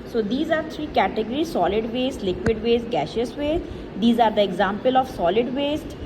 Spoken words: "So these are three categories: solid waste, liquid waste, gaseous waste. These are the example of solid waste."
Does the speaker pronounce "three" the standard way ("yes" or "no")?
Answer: no